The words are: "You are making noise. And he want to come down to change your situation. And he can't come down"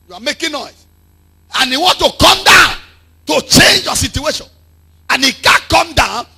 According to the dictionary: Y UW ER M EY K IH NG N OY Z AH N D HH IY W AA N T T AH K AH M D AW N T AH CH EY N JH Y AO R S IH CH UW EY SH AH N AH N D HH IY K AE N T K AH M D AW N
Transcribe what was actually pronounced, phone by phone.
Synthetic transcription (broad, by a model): Y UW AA M EY K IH N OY S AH N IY W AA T T AH K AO M D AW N T AH CH EY N JH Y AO S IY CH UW EY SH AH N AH N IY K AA K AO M D AW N